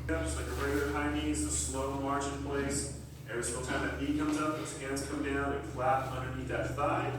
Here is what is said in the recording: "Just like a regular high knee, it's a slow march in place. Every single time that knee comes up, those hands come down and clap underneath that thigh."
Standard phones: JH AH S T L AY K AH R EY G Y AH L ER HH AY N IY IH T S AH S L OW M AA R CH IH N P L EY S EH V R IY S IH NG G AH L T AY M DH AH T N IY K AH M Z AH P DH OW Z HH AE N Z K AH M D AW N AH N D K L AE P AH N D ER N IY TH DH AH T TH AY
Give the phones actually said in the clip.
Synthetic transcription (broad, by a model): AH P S L AY K AH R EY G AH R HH AY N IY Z AH S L OW M AA R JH IH N P L EY S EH R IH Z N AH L T AY M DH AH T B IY K AH M Z AH P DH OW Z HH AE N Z K AH M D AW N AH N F L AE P AH N D ER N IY T DH AH T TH AY